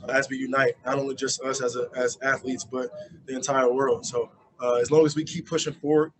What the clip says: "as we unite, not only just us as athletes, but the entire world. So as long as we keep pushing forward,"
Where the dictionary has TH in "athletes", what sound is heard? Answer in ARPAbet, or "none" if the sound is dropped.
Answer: TH